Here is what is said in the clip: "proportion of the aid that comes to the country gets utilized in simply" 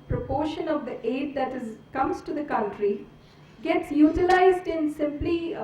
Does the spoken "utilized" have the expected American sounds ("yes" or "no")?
yes